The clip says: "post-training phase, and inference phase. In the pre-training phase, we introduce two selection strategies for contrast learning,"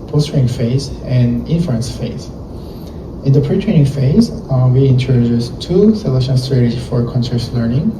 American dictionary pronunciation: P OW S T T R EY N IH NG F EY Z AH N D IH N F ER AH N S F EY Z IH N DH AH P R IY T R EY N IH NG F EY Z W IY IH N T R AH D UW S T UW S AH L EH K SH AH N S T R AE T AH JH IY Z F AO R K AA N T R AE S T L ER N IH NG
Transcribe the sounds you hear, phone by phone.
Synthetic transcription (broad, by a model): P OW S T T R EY IH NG F EY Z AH N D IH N F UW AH N S F EY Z IH N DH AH P R IY T R EY N IH NG F EY Z W IY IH N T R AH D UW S T UW S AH L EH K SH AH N S T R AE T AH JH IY F AO R K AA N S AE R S L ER N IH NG